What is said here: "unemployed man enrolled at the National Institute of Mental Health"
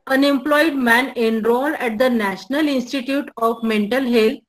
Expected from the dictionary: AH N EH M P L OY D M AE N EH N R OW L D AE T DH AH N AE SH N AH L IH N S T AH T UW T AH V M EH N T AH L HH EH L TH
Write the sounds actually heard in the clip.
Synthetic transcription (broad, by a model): AH N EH M P L OY D M AE N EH N R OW L AE T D AH N AE SH N AH L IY N S T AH T UW T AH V M EH N T AH L HH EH L